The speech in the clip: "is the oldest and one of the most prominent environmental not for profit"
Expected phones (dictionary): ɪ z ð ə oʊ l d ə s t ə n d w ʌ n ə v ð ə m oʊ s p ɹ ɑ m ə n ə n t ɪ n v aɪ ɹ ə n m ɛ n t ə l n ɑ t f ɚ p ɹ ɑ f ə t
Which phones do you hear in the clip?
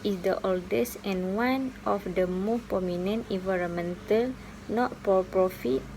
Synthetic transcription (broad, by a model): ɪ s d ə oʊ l d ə s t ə n w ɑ n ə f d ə m oʊ s p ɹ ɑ m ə n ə n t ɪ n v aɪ ɹ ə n m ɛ n t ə l n ɑ t p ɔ p ɹ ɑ f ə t